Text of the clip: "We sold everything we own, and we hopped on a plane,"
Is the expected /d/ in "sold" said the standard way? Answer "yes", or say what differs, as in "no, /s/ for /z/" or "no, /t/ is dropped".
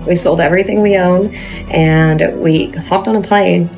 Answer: yes